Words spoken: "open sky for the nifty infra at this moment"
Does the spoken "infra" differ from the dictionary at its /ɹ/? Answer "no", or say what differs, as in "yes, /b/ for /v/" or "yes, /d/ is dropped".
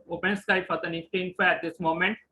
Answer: yes, /ɹ/ is dropped